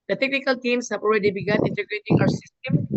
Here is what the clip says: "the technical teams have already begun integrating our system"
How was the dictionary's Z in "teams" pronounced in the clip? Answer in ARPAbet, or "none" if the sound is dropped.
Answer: S